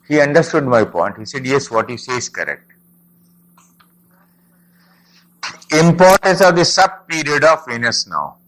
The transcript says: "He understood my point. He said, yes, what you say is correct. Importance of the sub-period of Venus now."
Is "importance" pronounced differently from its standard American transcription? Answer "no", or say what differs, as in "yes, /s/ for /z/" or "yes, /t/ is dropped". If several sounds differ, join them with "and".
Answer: no